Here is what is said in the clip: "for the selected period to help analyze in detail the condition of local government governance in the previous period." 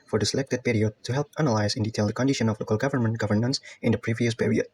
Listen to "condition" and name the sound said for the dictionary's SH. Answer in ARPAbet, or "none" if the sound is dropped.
SH